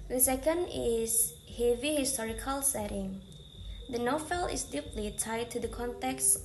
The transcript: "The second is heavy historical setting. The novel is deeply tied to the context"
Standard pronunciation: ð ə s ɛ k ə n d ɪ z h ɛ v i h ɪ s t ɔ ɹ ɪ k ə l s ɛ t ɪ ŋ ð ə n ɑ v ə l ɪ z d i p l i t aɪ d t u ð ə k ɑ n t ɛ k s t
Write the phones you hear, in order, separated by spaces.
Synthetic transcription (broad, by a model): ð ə s ɛ k ə n d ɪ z h ɛ v i h ɪ s t ɔ ɹ ɪ k ə l s ɛ t ɪ ŋ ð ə n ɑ f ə l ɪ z d i p l i t aɪ d t u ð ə k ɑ n t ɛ k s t